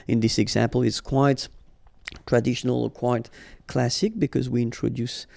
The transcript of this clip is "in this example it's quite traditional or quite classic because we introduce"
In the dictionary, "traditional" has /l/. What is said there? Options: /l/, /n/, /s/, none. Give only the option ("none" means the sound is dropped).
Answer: /l/